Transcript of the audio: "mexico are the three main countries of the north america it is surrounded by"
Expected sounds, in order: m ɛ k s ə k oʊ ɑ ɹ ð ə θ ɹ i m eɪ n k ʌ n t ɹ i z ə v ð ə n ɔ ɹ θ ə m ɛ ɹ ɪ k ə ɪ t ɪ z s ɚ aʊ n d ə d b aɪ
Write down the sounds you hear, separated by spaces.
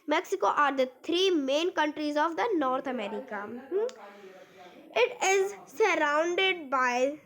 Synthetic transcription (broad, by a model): m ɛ k s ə k oʊ ɑ ɹ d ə t ɹ i m eɪ n k ʌ n t ɹ i z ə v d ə n ɔ ɹ t ə m ɛ ɹ ɪ k ə ɪ t ɪ z s ɚ aʊ n d ə d b aɪ